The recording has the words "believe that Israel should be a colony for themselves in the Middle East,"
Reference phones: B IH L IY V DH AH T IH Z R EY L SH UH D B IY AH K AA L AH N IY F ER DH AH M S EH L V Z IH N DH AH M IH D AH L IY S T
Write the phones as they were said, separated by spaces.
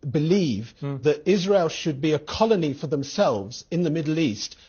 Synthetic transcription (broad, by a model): B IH L IY V DH AH T IH Z R EY L SH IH D B IY AH K AA L AH N IY F ER DH AH M S EH L V Z IH N DH AH M IH D L IY S T